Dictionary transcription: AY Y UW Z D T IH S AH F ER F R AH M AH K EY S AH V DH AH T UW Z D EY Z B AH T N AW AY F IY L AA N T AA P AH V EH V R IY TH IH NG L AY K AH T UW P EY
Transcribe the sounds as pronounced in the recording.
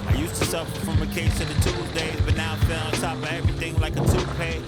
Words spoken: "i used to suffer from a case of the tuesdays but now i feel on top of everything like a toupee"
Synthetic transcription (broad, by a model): AY Y UW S T IH S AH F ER F R AH M AH K EY S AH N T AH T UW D EY Z B AH T N AW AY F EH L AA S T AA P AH EH V R IY TH IH NG L AY K AH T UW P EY